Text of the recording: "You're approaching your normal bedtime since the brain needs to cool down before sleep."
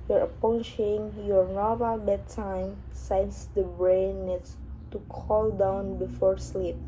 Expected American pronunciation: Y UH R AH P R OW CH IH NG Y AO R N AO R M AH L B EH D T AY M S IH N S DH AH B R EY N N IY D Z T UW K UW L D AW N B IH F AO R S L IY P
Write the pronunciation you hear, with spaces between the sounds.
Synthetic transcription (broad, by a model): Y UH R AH P OW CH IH NG Y AO R N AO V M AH L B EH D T AY M S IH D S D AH B R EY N N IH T T UW K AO L D AW N B IH F AO R S L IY P